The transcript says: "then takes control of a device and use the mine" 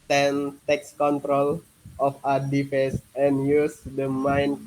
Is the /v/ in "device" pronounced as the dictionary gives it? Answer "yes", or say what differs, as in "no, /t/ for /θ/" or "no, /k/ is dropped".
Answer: no, /f/ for /v/